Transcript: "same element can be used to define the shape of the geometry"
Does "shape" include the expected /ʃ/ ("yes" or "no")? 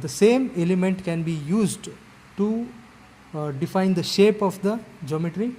yes